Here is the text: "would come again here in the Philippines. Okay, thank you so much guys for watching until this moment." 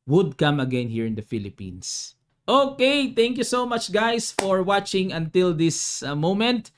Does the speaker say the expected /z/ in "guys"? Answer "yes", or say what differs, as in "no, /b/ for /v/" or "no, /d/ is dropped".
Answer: no, /s/ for /z/